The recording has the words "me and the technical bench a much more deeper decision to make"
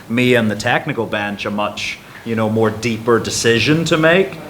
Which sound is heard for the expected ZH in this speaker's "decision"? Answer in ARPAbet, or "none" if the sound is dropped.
ZH